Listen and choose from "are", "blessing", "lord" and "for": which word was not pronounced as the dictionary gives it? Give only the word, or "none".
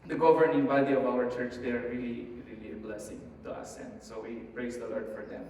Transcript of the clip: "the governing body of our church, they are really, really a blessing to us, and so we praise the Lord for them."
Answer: none